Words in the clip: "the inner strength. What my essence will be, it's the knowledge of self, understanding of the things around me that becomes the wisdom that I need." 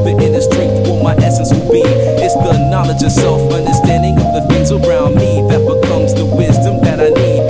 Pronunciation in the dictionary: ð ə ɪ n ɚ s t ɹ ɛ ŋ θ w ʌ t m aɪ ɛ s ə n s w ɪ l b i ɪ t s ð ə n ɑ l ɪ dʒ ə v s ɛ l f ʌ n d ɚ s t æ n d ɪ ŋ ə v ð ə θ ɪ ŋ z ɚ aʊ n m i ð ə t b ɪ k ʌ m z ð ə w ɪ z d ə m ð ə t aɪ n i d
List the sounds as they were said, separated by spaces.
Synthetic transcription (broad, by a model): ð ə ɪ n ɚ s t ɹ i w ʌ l m aɪ ɛ s ə n s w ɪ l b i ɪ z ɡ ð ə n ɑ l ɪ dʒ ə v s ɛ l f ʌ n d ɚ s t æ n d ɪ ŋ ə v ð ə f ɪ z ɚ aʊ n m i ð ə t b ɪ k ʌ m z ð ə w ɪ z d ə m ð ə t aɪ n i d